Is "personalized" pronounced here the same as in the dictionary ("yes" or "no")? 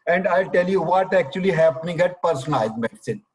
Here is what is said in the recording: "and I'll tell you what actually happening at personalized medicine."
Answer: no